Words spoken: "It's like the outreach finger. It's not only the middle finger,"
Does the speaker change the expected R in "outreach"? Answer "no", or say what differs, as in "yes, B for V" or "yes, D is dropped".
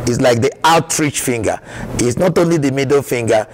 no